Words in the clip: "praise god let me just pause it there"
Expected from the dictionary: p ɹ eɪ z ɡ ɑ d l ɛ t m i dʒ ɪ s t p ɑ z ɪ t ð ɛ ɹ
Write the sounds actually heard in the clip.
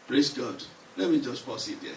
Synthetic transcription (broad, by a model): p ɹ eɪ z ɡ ɑ d l ɛ t m i dʒ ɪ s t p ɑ s ɪ t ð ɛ